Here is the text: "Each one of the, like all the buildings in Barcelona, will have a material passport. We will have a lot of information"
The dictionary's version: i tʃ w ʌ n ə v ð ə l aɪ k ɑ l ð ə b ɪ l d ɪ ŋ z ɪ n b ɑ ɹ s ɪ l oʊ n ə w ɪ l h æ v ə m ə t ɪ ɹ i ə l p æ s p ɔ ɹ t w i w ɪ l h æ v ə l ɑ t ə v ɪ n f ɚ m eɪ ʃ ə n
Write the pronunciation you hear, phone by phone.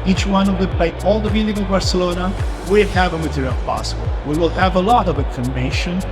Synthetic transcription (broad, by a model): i tʃ w ʌ n ə v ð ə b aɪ ɑ l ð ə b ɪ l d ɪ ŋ ɪ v b ɑ ɹ s ɪ l oʊ n ə w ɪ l h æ v ə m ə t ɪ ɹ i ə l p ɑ s b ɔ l w i w ɪ l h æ v ə l ɑ t ə v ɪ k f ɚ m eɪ ʃ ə n